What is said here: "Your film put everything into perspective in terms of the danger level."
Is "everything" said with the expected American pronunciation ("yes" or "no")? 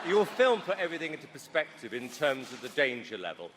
yes